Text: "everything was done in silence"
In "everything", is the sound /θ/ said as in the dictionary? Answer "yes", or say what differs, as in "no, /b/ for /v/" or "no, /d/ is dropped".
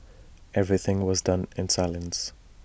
yes